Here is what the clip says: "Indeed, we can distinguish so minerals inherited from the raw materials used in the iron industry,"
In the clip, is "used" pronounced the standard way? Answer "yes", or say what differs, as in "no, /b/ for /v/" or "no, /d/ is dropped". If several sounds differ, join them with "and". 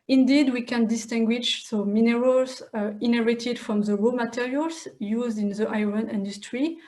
yes